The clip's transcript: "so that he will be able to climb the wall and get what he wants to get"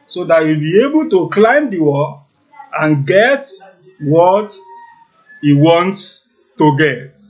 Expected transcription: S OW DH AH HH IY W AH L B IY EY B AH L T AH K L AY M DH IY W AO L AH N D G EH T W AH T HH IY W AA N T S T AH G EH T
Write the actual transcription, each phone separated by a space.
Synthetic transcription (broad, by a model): S OW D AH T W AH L B IY EY B AH L T AH K L AY M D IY W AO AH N G EH T W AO T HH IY W AA N T S T AH G EH T